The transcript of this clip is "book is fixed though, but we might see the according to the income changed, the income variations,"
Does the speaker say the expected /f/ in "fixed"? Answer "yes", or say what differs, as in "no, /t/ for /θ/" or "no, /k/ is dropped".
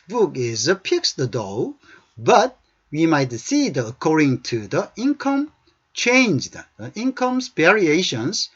no, /p/ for /f/